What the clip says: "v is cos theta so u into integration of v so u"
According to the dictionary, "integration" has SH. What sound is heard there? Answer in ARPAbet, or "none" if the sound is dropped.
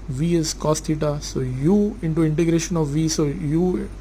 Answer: SH